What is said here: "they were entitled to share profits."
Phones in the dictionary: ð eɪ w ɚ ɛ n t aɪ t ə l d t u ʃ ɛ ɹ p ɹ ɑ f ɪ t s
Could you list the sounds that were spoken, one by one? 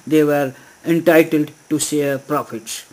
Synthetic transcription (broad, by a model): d eɪ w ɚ ɛ n t aɪ t ə l d t u s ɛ p ɹ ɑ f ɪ t s